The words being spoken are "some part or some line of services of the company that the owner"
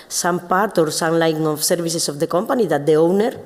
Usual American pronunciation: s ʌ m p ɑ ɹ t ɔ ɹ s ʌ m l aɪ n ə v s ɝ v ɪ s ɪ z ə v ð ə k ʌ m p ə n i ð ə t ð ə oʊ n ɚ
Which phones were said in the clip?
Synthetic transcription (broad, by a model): s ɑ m p ɑ ɹ t ɔ ɹ s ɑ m l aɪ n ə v s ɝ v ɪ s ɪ s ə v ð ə k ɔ m p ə n i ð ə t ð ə oʊ n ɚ